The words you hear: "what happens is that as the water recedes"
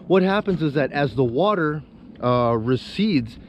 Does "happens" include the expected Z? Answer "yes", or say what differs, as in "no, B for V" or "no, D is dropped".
yes